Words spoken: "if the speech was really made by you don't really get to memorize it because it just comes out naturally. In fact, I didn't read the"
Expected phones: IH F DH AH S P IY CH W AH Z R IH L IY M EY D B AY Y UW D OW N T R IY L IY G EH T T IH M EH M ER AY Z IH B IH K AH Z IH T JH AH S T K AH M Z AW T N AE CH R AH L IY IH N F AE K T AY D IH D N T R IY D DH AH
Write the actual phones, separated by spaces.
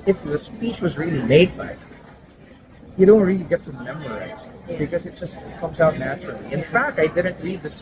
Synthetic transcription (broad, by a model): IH F DH AH S P IY CH W AH Z R IH L IY M EY D B AY Y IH D OW N T R IY L IY G EH T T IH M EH M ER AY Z B IH K AH Z IH T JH AH S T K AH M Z AW T N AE CH R L IY IH N F AE K T AY D IH D N T R IY D DH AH